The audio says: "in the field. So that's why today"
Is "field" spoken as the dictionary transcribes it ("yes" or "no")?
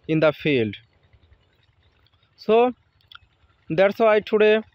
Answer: yes